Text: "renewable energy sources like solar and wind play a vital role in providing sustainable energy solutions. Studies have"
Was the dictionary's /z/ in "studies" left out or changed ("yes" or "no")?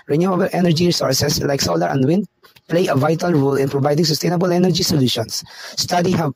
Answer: yes